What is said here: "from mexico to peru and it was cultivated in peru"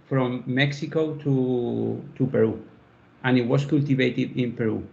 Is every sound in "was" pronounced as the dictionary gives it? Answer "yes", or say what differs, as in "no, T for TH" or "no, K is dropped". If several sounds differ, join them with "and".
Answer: no, S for Z